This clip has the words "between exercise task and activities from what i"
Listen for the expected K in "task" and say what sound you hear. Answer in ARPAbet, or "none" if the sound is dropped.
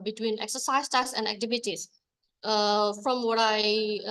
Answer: none